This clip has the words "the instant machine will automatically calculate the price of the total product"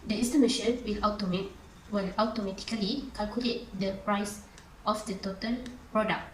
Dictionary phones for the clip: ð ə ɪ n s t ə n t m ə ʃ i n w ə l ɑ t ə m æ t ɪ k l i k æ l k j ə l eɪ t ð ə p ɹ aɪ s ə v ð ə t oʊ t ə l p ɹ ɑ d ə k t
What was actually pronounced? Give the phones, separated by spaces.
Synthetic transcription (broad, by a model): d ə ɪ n s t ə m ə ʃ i l w ə l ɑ t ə m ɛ t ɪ k l i k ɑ l k j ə l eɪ t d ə p ɹ aɪ s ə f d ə t oʊ t ə l p ɹ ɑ d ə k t